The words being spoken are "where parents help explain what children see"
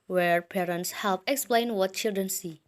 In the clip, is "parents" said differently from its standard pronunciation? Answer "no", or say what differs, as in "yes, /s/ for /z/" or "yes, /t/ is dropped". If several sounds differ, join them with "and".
no